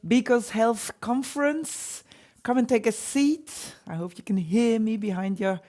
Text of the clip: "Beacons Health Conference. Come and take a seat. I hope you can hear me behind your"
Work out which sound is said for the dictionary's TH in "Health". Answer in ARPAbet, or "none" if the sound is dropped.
TH